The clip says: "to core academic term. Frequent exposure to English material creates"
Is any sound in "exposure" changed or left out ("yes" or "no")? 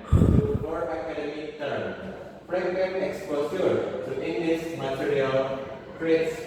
yes